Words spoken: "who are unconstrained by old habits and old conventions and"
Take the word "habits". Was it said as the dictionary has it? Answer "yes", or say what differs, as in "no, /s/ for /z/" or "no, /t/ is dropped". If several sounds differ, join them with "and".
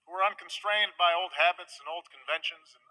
yes